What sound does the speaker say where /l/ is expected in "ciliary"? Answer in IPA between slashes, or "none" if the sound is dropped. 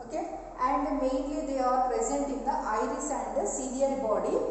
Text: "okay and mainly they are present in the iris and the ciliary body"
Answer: /n/